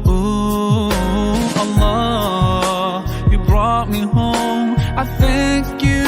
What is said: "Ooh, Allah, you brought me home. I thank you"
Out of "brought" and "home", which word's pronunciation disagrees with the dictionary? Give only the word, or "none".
none